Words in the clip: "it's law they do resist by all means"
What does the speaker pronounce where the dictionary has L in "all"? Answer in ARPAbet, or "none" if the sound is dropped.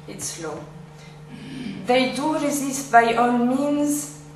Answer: N